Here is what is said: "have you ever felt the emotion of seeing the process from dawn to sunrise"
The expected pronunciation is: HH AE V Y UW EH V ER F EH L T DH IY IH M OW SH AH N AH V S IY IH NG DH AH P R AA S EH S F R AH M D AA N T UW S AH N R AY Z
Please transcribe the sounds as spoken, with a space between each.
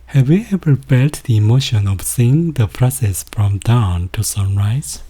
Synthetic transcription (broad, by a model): HH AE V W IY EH P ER P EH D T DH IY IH M OW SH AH N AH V S IY IH NG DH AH P R AA S EH S F R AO M D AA N T UW S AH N R AY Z